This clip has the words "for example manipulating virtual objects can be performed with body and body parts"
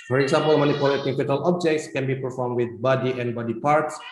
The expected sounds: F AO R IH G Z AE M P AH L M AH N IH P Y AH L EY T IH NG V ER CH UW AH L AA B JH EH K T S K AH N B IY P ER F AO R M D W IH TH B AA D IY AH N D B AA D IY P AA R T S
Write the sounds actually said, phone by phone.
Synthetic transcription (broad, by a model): F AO R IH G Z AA M P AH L M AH N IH P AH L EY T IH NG F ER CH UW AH L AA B JH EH K T S K AH N B IY P ER F AO R M D W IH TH B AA D IY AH N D B AA D IY P AA R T S